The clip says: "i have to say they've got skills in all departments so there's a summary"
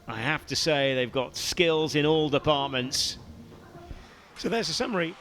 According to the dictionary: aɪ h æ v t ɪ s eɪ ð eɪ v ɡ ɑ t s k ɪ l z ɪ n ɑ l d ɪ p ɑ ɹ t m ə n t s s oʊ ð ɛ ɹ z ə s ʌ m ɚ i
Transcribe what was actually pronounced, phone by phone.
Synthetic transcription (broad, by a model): aɪ h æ f t ɪ s eɪ ð eɪ v ɡ ɑ t s k ɪ l z ɪ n ɑ l d ɪ p ɑ ɹ t m ə n t s s oʊ ð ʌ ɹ z ə s ʌ m ɚ i